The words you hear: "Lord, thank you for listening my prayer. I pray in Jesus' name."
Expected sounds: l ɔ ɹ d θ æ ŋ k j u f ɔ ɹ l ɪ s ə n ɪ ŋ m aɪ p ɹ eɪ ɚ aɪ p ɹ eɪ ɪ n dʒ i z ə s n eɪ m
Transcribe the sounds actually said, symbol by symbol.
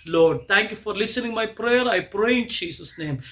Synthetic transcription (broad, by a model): l ɔ ɹ d t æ ŋ k j u f ɔ ɹ l ɪ s ə n ɪ ŋ m aɪ p ɹ eɪ ɚ aɪ p ɹ eɪ ɪ n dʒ i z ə s n eɪ m